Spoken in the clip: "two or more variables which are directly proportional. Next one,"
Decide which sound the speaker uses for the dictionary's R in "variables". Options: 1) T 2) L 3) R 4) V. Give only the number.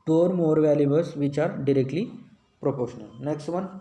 2